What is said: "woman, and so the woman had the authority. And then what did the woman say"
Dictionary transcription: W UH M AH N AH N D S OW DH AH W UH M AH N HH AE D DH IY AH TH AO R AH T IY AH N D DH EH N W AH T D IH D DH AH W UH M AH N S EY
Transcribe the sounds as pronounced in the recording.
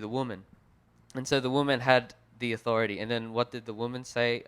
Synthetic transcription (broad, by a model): W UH M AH N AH N S OW DH AH W UH M AH N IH D DH IY AH TH AO R AH T IY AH N DH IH N W AH T D IH D DH AH W UH M AH N S EY